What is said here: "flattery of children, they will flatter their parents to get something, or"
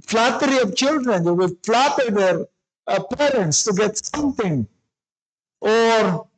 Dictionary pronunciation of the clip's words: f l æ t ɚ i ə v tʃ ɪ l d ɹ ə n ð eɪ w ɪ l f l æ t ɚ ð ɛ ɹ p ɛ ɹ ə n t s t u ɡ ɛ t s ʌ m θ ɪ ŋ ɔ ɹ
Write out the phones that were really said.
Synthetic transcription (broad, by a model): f l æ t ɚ i ə v tʃ ɪ l d ɹ ə n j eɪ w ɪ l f l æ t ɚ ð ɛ ɹ p ɛ ɹ ə n t s t u ɡ ɛ t s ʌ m t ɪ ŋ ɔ ɹ